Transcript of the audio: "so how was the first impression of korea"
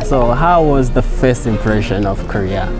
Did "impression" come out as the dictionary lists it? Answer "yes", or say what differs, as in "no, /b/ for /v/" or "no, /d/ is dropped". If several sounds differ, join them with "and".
yes